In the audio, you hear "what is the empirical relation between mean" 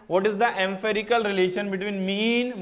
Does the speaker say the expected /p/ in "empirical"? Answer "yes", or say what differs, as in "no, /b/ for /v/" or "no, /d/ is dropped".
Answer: no, /f/ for /p/